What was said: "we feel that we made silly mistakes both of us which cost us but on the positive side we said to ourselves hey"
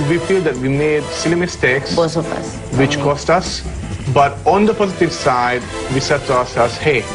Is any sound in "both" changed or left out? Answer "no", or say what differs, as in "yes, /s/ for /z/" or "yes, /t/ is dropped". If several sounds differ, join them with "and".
yes, /s/ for /θ/